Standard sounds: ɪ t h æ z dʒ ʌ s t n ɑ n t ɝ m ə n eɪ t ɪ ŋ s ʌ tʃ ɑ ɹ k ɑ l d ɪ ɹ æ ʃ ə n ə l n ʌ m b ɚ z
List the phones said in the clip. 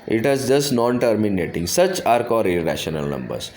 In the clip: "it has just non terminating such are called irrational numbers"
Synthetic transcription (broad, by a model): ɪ t h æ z dʒ ʌ s t n ɑ n t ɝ m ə n eɪ t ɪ ŋ s ʌ tʃ ɑ ɹ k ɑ d ɪ ɹ æ ʃ ə n ə l n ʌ m b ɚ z